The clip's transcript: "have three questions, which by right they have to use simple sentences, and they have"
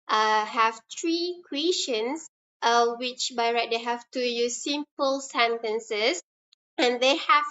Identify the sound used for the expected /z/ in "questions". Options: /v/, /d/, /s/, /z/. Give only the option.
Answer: /s/